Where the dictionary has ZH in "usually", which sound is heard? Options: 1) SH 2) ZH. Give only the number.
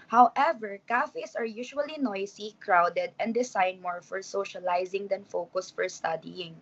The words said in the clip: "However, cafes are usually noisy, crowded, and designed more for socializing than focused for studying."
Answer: 1